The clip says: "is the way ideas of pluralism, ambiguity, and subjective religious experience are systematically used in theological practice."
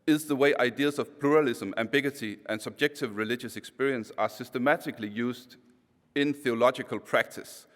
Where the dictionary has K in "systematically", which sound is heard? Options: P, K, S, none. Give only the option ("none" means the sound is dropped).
K